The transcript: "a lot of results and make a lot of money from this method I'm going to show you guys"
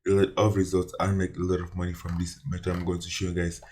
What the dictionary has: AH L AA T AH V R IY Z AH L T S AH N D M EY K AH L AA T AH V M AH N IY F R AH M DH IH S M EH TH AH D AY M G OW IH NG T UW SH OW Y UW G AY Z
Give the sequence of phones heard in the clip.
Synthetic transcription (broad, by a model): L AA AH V R IY Z AH L T S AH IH M EY K AH L AA T AH V M AH N IY F R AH M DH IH S M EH T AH AY M G OW IH NG T UW SH OW Y UW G AY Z